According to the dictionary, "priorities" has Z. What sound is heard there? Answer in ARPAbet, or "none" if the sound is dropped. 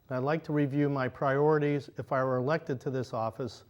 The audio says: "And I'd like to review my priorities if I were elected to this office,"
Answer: Z